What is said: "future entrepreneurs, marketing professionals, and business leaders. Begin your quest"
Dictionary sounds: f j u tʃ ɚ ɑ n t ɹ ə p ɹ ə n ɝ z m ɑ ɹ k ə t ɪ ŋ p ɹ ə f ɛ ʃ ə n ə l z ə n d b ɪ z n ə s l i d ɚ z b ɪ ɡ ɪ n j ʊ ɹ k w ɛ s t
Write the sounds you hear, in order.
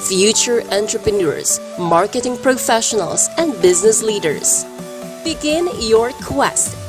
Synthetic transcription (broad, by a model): f j u tʃ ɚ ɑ n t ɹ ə p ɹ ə n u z m ɑ ɹ k ə t ɪ ŋ p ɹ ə f ɛ ʃ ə n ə l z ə n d b ɪ z n ə s l i d ɚ z b ɪ ɡ ɪ n j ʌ ɹ k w ɛ s t